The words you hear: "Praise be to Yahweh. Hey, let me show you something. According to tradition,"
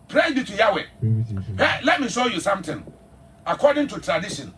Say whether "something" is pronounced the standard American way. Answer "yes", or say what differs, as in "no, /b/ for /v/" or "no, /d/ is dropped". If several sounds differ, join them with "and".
no, /t/ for /θ/